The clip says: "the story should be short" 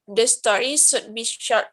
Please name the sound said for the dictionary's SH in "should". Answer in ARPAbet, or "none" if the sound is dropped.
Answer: S